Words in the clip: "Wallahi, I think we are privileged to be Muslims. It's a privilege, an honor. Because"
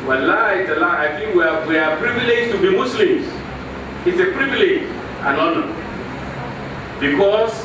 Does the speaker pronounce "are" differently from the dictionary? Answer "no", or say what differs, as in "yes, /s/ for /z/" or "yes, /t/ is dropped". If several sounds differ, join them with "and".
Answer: yes, /w/ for /ɹ/